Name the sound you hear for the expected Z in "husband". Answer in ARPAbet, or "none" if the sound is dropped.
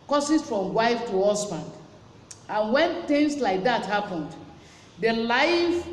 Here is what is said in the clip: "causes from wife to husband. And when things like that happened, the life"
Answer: S